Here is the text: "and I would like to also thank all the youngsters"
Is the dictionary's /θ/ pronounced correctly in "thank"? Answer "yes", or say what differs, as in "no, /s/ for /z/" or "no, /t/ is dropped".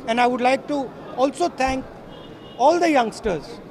no, /t/ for /θ/